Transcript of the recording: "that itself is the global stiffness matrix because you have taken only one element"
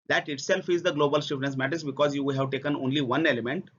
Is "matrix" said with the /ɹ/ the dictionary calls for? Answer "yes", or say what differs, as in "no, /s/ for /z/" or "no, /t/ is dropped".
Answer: no, /ɹ/ is dropped